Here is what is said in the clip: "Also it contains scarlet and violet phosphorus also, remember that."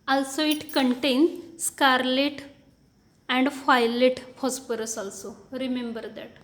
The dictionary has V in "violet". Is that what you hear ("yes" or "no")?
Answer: no